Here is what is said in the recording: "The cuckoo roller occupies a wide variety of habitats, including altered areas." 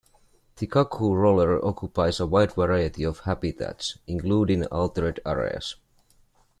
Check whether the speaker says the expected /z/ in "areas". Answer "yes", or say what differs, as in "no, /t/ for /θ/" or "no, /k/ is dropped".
no, /s/ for /z/